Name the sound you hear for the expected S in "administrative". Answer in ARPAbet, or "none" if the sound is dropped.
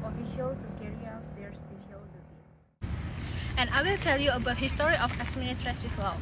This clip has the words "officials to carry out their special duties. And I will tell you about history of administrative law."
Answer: none